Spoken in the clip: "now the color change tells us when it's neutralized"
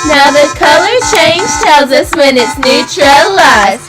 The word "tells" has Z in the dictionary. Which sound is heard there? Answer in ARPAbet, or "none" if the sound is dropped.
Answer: Z